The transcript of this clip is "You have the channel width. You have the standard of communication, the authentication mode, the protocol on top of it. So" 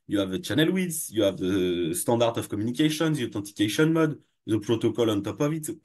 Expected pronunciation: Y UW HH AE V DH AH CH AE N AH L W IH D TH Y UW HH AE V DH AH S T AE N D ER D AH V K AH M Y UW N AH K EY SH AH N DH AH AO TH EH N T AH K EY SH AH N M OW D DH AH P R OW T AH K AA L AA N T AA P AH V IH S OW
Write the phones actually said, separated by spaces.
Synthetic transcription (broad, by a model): Y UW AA V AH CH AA N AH L W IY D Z Y UW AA V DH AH S T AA D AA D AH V K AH M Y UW N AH K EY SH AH N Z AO T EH T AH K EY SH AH N M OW D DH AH P R OW T AH K AA L AA N T AA P AH V IH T